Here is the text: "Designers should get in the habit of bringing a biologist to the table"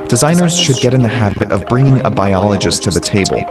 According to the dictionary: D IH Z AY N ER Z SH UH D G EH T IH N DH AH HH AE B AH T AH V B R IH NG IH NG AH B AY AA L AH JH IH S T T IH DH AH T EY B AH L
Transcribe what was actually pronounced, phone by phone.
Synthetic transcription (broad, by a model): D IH Z AY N ER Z SH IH D G EH T IH N DH AH HH AE B AH T AH V B R IH NG IH NG AH B AY AA L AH JH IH S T T IH DH AH T EY B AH L